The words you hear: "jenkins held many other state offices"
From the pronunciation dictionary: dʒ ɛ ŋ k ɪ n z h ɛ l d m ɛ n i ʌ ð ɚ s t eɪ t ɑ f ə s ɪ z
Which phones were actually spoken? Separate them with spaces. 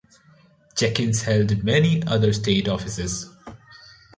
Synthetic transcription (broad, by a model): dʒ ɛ k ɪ n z h ɛ l d m ɛ n i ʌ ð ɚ s t eɪ t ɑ f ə s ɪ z